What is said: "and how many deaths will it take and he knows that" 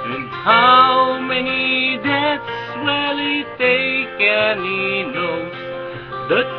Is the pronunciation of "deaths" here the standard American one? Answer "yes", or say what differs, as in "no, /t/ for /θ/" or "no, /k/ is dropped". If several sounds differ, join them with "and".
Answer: no, /t/ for /θ/